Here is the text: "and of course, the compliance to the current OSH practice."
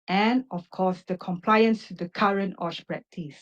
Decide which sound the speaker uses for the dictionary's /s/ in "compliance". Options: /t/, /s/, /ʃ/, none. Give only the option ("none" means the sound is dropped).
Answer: /s/